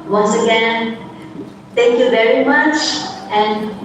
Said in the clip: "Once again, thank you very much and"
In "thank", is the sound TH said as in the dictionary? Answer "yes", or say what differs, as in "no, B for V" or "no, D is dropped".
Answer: no, T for TH